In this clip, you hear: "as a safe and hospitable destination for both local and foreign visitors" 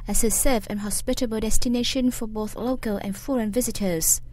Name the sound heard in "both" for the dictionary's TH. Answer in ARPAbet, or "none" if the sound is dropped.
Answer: TH